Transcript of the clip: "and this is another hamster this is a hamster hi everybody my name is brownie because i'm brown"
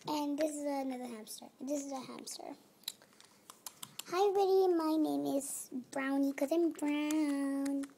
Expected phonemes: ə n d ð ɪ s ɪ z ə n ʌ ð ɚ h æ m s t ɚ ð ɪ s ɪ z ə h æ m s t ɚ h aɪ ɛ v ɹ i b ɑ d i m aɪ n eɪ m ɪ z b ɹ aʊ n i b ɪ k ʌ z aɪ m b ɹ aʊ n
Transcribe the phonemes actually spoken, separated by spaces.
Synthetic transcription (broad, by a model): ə n ð ɪ s ɪ z ə n ʌ ð ɚ h æ m s t ɚ ð ɪ s ɪ z ə h æ m s t ɚ h aɪ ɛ ɹ i ɪ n m aɪ n eɪ m ɪ z b ɹ aʊ n i k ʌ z aɪ m b ɹ aʊ n